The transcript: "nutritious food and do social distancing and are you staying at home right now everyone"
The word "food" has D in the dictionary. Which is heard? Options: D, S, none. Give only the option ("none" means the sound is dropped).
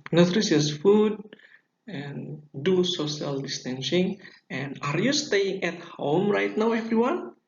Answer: D